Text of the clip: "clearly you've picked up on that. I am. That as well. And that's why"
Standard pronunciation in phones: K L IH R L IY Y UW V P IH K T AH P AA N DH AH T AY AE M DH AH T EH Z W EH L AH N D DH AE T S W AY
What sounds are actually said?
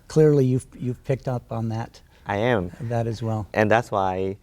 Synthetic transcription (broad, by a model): K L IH R L IY Y UW V P IH K T AH P N DH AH T AY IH M DH AH T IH Z W EH L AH N DH AE T S W AY